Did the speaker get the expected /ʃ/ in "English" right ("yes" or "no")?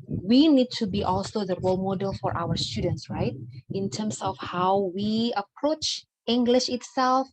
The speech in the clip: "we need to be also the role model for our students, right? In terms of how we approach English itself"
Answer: yes